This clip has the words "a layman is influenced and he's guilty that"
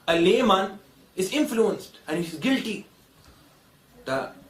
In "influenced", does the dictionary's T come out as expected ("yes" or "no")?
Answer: yes